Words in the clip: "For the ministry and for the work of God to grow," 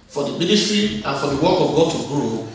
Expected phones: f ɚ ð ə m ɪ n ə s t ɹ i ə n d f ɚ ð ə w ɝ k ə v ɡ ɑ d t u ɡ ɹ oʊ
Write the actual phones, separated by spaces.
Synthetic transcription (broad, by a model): f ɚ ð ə m ɪ n ə s t ɹ i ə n f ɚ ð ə w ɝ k ə v ɡ ɑ d t u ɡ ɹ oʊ